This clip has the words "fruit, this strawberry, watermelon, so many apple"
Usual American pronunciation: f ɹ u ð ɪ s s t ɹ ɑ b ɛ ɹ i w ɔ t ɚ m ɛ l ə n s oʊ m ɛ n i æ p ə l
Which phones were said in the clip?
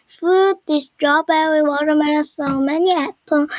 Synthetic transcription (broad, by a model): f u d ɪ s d ɹ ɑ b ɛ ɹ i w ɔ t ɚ m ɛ n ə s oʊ m ɛ n i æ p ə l